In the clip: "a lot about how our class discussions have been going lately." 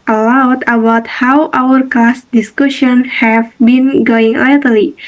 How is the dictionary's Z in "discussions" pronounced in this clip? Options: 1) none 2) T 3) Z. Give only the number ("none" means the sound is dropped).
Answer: 1